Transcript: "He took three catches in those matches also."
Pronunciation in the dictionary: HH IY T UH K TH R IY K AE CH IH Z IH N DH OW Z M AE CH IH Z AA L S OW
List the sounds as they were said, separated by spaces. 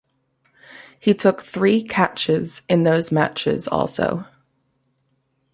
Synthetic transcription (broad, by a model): HH IY T UH K TH R IY K AE CH IH Z IH N DH OW Z M AE CH IH Z AA L S OW